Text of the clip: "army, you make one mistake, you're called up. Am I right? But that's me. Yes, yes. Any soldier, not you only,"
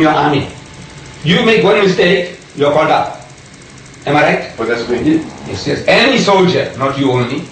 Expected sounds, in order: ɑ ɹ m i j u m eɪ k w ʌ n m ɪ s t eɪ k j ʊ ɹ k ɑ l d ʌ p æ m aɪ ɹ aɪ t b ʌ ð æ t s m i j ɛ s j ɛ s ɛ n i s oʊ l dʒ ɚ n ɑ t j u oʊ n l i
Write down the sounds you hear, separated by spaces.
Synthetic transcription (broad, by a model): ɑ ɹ m i j u m eɪ k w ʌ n m ɪ s t eɪ k j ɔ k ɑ n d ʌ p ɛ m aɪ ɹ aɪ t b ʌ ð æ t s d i j ɛ s j ɛ s ɛ n i s oʊ l dʒ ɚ n ɑ t j u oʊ n l i